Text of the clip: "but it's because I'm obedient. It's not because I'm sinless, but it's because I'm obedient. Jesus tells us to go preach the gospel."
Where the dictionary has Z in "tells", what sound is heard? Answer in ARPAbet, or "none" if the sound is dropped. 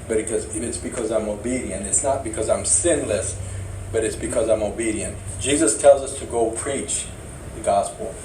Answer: Z